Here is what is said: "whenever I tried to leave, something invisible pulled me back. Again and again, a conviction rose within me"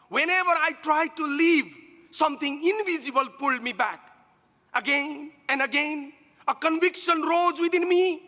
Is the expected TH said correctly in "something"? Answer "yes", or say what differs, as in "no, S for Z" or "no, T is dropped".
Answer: no, T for TH